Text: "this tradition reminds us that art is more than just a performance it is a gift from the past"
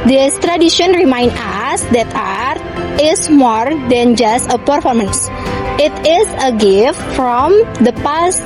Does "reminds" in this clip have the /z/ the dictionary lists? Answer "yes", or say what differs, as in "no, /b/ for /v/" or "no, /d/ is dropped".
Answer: no, /z/ is dropped